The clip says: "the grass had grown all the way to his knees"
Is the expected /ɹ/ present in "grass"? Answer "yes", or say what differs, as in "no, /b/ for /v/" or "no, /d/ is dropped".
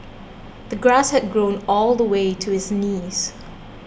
yes